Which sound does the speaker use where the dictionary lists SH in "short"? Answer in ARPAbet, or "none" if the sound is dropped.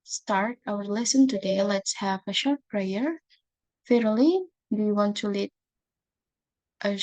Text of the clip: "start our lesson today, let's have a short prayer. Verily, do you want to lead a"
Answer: SH